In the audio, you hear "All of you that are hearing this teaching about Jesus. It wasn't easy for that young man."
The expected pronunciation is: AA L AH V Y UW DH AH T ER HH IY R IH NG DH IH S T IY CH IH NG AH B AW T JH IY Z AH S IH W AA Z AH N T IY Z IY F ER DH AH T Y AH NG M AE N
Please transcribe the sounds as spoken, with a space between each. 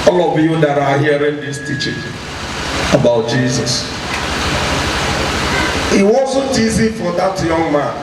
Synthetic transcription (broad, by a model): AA L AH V Y UW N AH T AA HH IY R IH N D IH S T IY CH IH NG AH B AW T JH IY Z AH S IH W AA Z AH T IY Z IY F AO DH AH T Y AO NG M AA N